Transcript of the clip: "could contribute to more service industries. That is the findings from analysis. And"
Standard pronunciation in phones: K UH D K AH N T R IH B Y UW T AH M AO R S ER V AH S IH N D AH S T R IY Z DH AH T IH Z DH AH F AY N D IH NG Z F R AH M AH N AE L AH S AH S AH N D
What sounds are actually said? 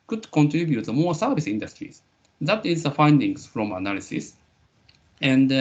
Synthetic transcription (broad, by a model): K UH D K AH N T R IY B Y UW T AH M AO S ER B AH S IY N D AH S T R IY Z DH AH T IH Z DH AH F AY N D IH NG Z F R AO M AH N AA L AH S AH S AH N D